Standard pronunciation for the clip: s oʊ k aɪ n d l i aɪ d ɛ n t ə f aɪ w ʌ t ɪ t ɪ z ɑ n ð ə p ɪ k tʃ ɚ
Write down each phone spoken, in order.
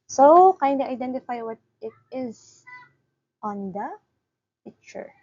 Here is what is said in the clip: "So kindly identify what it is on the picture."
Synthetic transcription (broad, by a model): s oʊ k aɪ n d i aɪ d ɛ n t ə f aɪ w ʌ t ɪ t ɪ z ɑ n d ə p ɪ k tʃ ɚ